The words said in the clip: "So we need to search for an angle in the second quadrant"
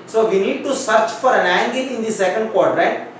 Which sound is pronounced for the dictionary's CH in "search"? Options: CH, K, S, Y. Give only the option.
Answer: CH